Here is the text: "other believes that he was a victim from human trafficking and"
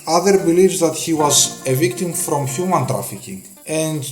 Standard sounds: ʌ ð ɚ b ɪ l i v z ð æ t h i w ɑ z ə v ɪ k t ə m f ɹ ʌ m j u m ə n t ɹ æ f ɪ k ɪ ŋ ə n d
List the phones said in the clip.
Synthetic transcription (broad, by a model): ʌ ð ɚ b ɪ l i v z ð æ t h i w ɑ z ə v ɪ k t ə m f ɹ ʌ m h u m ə n t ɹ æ f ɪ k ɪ ŋ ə n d